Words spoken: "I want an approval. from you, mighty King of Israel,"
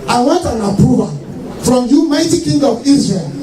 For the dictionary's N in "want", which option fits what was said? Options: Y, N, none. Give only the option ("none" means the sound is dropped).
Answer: none